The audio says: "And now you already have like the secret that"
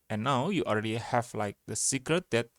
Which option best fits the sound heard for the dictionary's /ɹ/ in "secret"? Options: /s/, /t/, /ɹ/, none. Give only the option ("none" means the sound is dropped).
/ɹ/